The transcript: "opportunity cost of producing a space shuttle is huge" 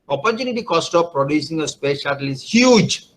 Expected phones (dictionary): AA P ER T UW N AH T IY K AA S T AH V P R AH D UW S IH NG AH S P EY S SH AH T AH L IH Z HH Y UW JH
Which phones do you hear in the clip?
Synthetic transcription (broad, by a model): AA P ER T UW N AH T IY K AA S T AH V P R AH D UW S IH NG AH S P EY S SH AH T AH L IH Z HH Y UW JH